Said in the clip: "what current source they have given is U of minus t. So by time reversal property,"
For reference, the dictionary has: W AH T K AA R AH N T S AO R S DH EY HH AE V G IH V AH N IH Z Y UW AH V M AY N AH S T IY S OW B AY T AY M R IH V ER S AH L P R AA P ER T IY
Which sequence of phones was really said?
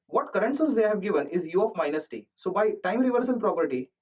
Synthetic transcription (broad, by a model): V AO T K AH R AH N T S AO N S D EY HH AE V G IH V AH N IH Z Y UW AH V M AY N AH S T IY S OW B AY T AY M R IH V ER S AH N P R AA P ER T IY